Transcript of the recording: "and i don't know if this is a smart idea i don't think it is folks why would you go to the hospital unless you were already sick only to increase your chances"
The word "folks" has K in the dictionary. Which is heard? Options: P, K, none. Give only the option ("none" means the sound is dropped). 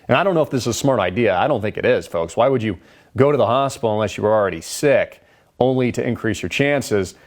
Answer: K